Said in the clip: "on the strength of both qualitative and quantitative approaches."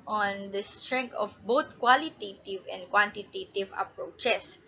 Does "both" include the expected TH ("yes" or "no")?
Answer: no